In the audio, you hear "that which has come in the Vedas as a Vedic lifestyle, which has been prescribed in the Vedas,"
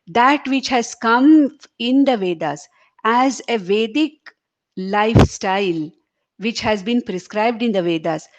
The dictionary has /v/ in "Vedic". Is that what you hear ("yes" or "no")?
yes